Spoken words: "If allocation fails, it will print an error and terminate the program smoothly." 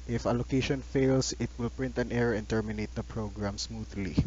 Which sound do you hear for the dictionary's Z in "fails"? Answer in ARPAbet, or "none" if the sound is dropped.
S